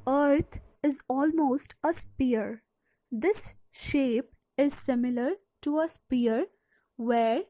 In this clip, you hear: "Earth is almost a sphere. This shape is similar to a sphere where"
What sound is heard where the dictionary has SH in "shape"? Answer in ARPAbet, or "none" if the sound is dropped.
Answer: SH